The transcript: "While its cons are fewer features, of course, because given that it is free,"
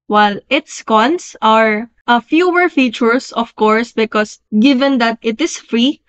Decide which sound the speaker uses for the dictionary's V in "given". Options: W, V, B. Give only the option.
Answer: V